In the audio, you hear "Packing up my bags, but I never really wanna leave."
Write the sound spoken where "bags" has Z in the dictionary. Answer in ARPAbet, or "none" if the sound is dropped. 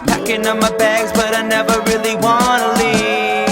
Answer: Z